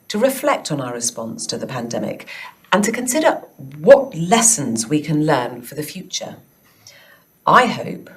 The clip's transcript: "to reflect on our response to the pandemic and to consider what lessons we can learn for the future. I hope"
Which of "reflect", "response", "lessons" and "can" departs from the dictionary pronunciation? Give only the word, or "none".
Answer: none